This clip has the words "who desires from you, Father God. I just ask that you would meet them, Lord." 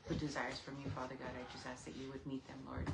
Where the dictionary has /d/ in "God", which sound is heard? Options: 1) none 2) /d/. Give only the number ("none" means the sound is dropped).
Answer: 2